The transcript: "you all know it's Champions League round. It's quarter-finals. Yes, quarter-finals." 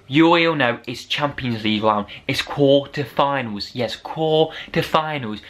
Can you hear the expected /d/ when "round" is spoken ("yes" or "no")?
no